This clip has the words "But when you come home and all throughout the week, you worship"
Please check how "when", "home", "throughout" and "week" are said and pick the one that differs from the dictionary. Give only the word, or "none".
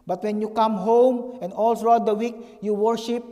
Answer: throughout